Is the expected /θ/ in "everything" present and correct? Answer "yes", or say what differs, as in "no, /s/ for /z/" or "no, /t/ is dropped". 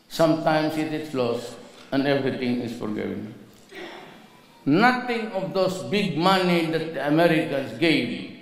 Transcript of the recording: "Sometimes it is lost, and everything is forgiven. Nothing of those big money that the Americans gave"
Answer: no, /t/ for /θ/